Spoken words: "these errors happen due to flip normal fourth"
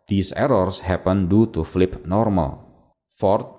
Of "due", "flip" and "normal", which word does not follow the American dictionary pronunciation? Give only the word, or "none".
none